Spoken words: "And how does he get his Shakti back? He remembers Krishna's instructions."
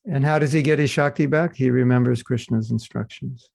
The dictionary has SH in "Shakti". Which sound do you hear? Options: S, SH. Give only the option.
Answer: SH